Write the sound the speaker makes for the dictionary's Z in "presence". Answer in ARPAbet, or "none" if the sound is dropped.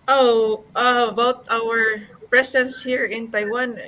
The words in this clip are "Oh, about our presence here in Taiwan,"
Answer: S